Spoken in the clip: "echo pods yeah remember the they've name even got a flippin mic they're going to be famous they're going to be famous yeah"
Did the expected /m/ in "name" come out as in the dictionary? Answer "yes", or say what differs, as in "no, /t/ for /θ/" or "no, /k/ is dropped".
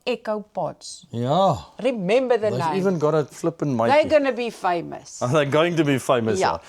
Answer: no, /m/ is dropped